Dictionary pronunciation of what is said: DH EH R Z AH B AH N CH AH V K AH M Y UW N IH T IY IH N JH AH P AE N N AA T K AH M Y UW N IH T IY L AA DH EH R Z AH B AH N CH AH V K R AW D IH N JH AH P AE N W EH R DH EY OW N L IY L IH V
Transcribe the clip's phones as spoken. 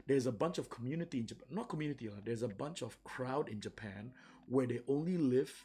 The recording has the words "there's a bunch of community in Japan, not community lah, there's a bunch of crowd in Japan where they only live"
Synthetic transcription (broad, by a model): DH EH R Z AH B AH N CH AH V K AH M Y UW N IH T IY IH N JH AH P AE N N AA T K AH M Y UW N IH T IY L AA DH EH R Z AH B AH N CH AH V K R AW D IH N JH AH P AE N W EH R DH EY OW N L IY L IH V